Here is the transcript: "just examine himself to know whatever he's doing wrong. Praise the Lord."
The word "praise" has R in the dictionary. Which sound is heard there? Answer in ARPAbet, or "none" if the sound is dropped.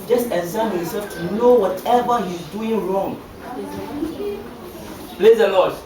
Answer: L